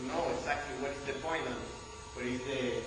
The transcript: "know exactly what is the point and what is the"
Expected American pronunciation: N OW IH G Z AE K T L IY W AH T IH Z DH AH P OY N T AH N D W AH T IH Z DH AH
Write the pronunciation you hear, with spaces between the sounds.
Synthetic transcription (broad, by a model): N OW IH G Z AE K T L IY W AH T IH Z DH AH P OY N AH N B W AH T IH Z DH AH